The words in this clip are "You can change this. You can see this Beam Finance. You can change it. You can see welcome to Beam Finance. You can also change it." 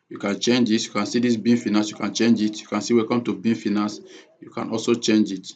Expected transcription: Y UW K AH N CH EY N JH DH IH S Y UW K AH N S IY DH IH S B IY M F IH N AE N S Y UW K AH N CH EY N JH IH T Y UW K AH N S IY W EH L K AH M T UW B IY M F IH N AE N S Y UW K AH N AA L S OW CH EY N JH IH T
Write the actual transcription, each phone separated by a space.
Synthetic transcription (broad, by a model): Y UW K AH N CH EY N JH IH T Y UW K AH N S IY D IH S B IY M F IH N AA S Y UW K AH N CH EY N JH IH T Y UW K AH N S IY W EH K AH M T UW B IY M F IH N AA S Y UW K AH N AA L S OW CH EY N JH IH T